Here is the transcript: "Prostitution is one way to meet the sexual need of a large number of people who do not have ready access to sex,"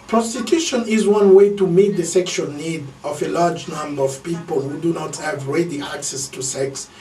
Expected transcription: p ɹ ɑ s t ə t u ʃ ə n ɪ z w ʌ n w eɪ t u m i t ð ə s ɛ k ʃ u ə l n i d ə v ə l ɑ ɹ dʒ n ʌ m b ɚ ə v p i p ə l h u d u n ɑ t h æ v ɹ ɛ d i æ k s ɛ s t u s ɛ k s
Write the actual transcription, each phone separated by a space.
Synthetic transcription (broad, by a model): p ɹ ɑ s t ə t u ʃ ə n ɪ z w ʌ n w eɪ t u m i t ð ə s ɛ k ʃ u ə l n i d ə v ə l ɑ ɹ dʒ n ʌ m b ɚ ə v p i p ə l h u d u n ɑ t h æ v ɹ ɛ d i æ k s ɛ s t u s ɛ k s